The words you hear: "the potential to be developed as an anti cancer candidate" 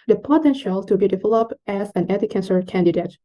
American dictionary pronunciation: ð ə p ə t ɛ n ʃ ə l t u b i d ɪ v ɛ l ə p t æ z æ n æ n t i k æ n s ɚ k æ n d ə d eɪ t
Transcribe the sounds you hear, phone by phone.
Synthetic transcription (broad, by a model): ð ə p ə t ɛ n ʃ ə l t u b i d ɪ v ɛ l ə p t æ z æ n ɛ t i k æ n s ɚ k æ n d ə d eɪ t